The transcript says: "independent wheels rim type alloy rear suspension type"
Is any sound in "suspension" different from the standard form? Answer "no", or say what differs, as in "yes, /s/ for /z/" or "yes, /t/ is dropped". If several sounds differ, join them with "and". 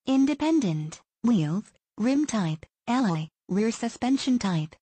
no